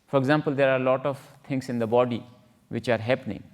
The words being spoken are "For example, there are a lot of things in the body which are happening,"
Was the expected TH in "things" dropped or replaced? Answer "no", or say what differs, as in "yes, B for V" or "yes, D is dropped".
yes, T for TH